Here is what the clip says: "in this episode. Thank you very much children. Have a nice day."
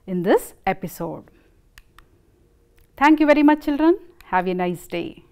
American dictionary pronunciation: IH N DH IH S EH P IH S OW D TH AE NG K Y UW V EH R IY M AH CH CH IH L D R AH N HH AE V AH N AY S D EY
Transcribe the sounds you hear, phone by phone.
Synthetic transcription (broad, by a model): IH N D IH S EH P IH S OW D T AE NG K Y UW V EH R IY M AH CH CH IH L D R AH N HH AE V AH N AY S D EY